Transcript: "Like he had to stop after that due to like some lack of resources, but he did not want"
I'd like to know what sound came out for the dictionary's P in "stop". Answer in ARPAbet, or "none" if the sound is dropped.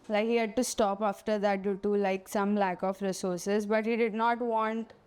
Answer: P